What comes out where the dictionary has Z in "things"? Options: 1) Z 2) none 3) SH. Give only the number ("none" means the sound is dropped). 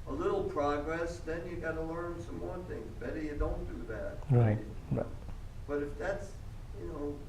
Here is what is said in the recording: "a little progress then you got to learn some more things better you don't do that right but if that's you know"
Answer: 1